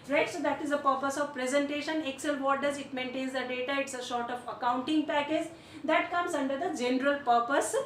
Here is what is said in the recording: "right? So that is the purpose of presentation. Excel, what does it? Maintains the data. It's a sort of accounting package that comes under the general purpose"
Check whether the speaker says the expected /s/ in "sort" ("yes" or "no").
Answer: no